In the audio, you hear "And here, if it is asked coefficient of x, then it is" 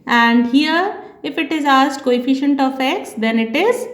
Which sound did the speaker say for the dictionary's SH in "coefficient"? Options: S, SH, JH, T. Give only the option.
SH